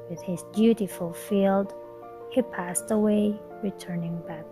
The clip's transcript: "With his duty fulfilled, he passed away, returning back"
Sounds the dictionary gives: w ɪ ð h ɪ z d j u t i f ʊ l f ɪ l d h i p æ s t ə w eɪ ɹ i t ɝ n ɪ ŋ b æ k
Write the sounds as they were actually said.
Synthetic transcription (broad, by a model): w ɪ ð h ɪ z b j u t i f l f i l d h i p æ s t ə w eɪ ɹ i t ɝ n ɪ ŋ b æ k